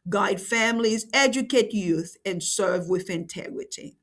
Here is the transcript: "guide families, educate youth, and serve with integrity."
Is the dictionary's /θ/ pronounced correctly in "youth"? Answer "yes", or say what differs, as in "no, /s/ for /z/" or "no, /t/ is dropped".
yes